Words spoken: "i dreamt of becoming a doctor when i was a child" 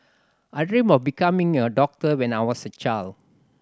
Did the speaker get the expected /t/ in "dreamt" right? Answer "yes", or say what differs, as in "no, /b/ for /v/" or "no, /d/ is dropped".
no, /t/ is dropped